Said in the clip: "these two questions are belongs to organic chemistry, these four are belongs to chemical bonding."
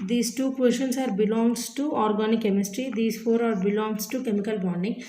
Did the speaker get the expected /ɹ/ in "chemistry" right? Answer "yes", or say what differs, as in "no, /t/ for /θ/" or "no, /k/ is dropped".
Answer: yes